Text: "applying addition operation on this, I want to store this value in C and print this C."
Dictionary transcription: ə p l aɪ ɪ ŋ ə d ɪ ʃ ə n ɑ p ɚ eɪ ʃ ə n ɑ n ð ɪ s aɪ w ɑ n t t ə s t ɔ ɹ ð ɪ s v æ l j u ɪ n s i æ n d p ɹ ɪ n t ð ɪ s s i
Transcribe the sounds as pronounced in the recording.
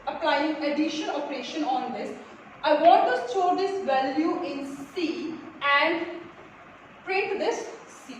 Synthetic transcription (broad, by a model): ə p l aɪ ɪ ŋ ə d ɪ ʃ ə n ɑ p ɚ eɪ ʃ ə n ɑ n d ɪ s aɪ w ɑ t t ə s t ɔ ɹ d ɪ s v æ l j u ɪ n s i æ n d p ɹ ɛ t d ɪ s s i